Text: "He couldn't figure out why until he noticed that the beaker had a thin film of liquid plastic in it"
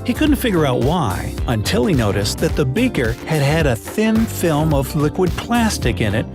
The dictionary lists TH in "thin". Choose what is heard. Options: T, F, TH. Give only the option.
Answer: TH